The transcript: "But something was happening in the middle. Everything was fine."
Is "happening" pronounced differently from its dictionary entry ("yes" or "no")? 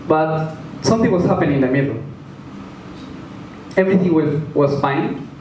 yes